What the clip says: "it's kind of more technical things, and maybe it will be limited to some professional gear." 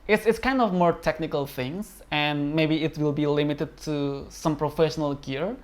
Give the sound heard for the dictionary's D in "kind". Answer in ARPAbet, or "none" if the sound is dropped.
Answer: D